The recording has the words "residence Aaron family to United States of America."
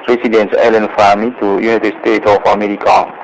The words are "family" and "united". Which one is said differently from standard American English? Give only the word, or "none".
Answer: family